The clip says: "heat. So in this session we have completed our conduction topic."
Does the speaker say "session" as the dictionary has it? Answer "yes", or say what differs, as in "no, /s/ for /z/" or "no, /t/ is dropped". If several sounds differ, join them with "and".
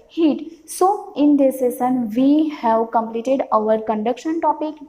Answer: no, /s/ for /ʃ/